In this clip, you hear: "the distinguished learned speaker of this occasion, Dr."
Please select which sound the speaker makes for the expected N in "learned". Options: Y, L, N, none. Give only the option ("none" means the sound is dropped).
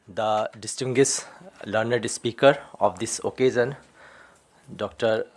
N